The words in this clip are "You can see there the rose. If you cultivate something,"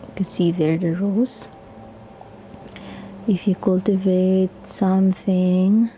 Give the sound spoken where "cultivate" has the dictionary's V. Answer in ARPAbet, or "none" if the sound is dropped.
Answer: V